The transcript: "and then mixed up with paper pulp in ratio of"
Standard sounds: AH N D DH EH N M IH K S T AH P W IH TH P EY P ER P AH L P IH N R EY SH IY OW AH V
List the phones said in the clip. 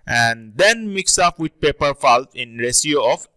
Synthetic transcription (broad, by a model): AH N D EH N M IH K S AH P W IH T P EY P ER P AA L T IH N R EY S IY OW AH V